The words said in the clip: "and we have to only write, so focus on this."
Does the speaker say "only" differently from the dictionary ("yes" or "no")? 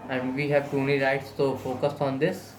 yes